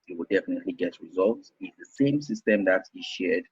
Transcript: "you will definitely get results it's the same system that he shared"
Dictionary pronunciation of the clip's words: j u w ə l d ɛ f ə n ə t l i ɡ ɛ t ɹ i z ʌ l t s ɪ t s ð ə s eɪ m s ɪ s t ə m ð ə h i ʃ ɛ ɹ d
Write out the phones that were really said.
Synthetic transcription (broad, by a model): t w ə l d ɛ f ə n ə t l i ɡ ɛ t ɹ i z ʌ l t s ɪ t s ð ə s eɪ m s ɪ s t ə m ð ə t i ʃ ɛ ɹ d